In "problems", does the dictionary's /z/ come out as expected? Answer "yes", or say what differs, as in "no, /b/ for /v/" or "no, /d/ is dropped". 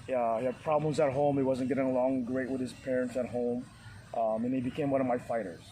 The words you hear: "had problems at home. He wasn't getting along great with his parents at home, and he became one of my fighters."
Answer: yes